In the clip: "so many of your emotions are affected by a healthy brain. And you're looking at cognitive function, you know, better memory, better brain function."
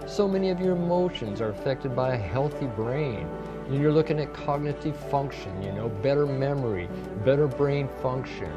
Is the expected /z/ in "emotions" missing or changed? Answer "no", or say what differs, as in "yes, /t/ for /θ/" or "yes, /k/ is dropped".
no